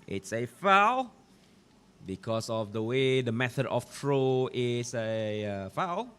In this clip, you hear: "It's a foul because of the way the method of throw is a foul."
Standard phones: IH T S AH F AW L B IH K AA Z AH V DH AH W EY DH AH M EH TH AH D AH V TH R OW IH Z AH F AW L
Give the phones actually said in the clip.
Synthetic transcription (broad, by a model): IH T S AH F AW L B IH K AA S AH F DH AH W EY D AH M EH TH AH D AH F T R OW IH S AH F AW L